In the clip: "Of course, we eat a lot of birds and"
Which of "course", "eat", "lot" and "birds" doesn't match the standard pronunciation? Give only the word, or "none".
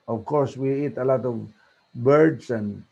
birds